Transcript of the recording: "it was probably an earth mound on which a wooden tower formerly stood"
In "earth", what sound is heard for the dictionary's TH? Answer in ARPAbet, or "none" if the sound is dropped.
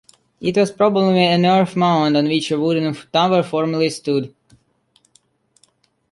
F